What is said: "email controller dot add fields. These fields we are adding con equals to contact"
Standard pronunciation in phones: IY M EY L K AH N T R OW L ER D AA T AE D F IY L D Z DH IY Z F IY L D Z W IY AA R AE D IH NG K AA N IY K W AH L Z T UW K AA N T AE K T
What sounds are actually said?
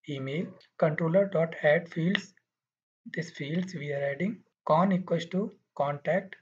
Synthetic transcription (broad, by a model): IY M EY L K AH N T R OW L ER D AA T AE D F IY L D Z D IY S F IY L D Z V IY AA R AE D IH NG K AA N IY K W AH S T UW K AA N T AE K T